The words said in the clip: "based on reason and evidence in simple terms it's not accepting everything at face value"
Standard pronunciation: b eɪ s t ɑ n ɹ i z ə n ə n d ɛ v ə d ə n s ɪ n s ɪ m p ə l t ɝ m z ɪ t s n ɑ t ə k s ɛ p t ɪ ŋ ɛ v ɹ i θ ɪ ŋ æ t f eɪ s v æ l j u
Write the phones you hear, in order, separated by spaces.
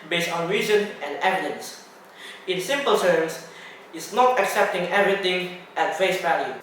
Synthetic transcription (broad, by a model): b eɪ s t ɑ n ɹ i z ə n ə n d ɛ v ə d ə n s ɪ n s ɪ m p ə l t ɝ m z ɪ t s n ɑ t ə k s ɛ p t ɪ ŋ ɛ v ɹ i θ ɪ ŋ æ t f eɪ s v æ l j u